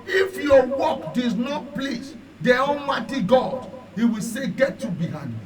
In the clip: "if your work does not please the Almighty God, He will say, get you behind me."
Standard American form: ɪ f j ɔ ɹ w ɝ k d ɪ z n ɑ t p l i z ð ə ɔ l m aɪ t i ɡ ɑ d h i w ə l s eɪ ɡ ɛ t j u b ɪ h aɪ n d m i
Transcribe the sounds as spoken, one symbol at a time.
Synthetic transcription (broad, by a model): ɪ f j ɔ w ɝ k d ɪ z n ɑ t p l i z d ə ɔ n m aɪ t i ɡ ɑ d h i w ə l s eɪ ɡ ɛ t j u b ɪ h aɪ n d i